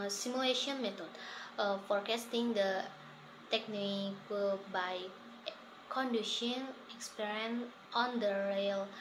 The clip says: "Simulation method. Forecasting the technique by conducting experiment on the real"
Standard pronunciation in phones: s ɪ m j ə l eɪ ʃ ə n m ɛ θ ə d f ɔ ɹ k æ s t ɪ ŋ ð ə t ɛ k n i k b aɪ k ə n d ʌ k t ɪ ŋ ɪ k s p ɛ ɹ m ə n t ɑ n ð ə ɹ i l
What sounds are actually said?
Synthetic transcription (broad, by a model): s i m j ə l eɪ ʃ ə n m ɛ t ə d f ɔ ɹ k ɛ s t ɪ ŋ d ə t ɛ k n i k b aɪ k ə n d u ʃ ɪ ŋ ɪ k s p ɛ ɹ ə n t ɑ n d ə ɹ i l